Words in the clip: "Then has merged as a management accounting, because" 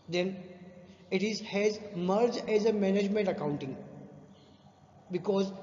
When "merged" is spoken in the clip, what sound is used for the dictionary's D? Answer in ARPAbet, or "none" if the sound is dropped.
none